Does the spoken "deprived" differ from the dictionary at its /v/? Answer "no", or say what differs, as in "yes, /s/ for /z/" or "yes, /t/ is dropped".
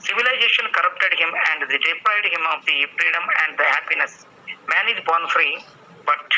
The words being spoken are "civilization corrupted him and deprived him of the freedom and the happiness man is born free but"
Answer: yes, /v/ is dropped